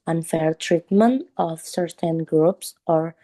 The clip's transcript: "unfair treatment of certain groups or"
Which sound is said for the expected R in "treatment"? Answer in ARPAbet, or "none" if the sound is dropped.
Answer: R